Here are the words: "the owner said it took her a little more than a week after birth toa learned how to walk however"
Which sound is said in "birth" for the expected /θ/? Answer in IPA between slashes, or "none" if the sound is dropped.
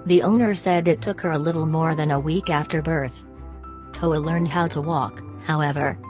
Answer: /θ/